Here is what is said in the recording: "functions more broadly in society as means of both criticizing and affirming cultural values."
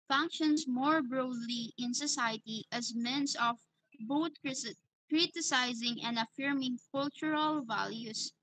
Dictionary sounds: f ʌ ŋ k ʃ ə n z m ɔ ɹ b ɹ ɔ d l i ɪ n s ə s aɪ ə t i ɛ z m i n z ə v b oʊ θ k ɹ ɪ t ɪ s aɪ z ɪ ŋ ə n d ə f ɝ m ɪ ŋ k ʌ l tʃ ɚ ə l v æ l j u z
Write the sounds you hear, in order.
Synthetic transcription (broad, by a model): f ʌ ŋ k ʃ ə n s m ɔ ɹ b ɹ ɔ d l i ɪ n s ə s aɪ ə t i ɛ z m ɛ n s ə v b oʊ t k ɹ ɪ t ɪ s aɪ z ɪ ŋ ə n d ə f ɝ m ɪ ŋ k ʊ l tʃ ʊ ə l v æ l j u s